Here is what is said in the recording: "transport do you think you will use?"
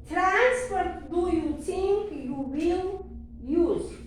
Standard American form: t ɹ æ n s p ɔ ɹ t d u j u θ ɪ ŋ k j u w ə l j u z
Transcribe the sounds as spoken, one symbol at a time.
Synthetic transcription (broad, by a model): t ɹ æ n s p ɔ ɹ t d u j u s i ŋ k j u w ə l j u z